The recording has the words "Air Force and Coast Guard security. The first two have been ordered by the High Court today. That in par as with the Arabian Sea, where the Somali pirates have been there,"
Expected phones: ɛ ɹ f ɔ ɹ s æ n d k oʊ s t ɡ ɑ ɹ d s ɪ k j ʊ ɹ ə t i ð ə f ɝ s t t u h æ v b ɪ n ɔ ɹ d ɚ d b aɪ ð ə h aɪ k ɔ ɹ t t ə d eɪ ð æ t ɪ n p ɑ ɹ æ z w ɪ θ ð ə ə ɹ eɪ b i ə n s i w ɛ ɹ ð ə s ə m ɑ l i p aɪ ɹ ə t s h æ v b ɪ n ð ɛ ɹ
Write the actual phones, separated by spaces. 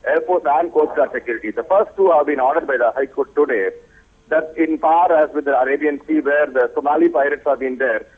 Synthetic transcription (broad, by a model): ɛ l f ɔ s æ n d k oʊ t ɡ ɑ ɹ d s ɪ k j ʊ ɹ ə t i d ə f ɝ s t t u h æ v b ɪ n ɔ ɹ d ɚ d b aɪ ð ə h aɪ k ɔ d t t ə d eɪ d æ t ɪ n p ɑ ɹ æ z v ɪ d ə ə ɹ eɪ b i ə n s i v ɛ ɹ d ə s ə m ɑ l i p aɪ ɹ ə t s h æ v b ɪ n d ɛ ɹ